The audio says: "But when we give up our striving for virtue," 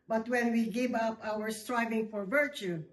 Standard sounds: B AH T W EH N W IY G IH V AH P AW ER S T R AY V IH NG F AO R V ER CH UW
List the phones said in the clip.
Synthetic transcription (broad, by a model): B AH T W EH N W IY G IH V AH P AW ER S T R AY V IH NG F AO R V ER CH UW